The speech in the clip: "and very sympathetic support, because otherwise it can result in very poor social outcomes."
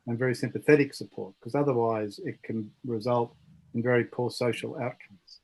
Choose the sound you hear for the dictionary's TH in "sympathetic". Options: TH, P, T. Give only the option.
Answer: TH